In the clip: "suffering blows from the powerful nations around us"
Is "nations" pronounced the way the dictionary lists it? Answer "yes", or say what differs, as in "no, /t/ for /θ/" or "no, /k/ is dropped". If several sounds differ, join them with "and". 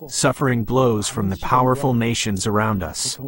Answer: yes